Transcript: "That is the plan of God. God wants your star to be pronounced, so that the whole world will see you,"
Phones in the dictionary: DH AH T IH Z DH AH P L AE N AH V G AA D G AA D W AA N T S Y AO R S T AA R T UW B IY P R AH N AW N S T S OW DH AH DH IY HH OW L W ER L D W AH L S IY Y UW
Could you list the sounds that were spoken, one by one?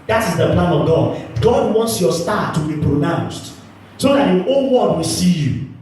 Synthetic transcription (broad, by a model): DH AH T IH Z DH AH P L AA N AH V G AA D G AA D W AA N T S Y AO S T AA T UW B IY P R AH N AW N S T S OW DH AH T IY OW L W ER D W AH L S IY Y UW